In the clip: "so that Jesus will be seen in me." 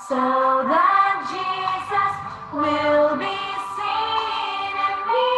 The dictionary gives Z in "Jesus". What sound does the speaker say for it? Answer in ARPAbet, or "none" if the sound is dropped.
Z